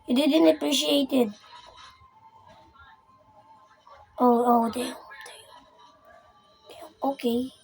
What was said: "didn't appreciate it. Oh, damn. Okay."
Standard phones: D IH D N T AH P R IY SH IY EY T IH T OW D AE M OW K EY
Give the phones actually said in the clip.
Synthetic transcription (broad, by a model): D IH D N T AH P R IY SH IY EY T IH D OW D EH OW K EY